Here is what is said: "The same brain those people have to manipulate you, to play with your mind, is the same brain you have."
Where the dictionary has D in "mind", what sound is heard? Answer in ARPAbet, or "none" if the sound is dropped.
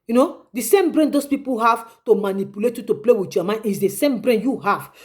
none